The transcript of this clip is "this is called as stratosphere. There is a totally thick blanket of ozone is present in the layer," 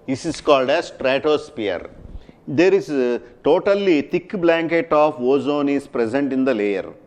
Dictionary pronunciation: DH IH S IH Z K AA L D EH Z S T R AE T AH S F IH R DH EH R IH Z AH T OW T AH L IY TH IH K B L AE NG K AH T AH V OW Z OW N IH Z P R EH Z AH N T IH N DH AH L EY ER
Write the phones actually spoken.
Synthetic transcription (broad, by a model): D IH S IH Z K AA L D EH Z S T R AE T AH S P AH R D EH R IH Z T OW T AH L IY T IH K B L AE NG K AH T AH F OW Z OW N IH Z P R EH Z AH N T IH N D AH L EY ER